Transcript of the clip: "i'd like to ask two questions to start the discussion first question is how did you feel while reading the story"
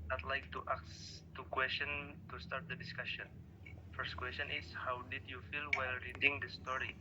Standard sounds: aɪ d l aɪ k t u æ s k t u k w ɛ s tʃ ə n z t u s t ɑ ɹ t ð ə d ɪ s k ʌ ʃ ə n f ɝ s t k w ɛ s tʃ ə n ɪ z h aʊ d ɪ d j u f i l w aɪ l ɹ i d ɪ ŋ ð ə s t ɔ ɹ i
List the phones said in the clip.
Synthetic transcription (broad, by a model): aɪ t l aɪ k t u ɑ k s t u k w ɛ s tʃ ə n t u s t ɑ ɹ t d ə d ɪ s k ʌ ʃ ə n f ɝ s t k w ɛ s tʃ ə n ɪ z h aʊ d ɪ d j u f i l w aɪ l ɹ i d ɪ ŋ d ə s t ɔ ɹ i